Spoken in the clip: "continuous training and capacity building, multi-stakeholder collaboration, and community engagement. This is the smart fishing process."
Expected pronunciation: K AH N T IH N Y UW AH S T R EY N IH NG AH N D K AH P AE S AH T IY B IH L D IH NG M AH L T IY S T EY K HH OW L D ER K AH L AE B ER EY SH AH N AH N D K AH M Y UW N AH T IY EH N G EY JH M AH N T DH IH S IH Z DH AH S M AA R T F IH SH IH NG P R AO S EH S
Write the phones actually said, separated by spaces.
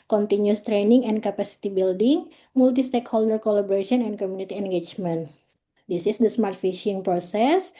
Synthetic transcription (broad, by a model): K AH N T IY N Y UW S T R EY N IH NG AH N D K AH P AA S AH T IY B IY L D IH NG M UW L T IY S T EY K HH OW L D ER K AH L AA B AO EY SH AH N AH N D K AH M Y UW N AH T IY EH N G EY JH M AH N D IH S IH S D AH S M AA R T F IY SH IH NG P R AO S EH S